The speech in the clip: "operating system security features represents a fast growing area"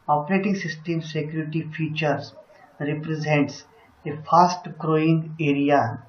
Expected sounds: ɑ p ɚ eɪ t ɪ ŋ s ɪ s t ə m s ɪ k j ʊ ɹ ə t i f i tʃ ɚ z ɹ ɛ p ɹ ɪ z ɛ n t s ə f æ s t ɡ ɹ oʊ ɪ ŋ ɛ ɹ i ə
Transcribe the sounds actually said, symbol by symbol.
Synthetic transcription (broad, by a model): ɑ p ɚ eɪ t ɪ ŋ s ɪ s t ə m s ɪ k j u ɹ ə t i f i tʃ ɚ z ɹ ɛ p ɹ ɪ z ɛ n t s ə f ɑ s t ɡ ɹ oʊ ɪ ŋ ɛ ɹ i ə